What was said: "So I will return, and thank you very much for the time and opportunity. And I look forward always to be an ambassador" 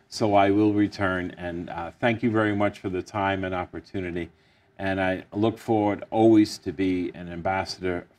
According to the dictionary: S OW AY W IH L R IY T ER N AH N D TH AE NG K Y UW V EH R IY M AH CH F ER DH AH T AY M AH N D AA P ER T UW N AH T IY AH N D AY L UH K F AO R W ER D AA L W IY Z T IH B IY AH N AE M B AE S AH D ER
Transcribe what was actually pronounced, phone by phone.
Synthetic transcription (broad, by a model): S OW AY W IH L R IY T ER N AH N TH AE NG K Y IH V EH R IY M AH CH F ER DH AH T AY M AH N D AA P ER T UW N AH T IY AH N AY L UH K F AO R W ER D AA L W IY Z T IH B IY AH N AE M B AE S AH D ER